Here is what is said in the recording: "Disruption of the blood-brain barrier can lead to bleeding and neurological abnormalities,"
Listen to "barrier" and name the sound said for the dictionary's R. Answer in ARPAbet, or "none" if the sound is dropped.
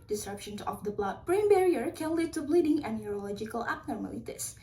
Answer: R